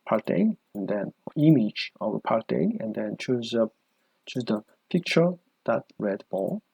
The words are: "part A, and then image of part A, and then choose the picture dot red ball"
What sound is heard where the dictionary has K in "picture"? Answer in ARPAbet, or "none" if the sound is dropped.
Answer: K